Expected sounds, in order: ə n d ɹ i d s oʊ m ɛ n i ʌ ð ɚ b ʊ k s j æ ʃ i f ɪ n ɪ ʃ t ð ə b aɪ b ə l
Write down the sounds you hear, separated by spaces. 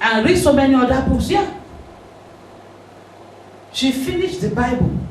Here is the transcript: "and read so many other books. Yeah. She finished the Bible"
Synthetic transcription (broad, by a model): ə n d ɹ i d s oʊ m ɛ n i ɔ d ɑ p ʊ s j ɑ ʃ i f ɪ n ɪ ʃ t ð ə b aɪ b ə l